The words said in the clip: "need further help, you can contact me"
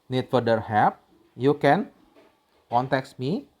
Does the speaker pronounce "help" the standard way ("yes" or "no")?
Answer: no